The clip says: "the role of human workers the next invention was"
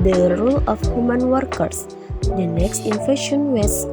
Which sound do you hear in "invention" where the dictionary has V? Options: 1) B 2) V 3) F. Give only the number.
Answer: 3